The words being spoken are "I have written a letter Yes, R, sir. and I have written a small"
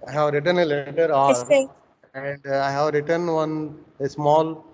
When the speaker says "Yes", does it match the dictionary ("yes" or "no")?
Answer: no